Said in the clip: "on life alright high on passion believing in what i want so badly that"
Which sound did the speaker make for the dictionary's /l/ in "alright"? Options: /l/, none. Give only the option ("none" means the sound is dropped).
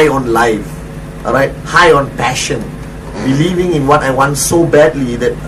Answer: none